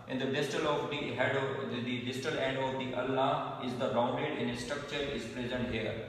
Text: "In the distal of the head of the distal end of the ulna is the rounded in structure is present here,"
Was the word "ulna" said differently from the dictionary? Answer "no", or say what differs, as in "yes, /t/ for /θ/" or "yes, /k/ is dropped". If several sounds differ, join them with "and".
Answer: yes, /n/ is dropped